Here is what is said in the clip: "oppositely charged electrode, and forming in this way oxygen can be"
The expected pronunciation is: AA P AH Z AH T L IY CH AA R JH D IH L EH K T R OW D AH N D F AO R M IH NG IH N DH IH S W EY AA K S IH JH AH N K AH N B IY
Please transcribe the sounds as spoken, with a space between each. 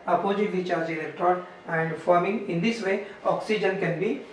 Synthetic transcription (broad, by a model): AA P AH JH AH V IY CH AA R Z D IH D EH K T OW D AH N D F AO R M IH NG IH N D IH S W EY AA K S IH JH AH N K AH N B IY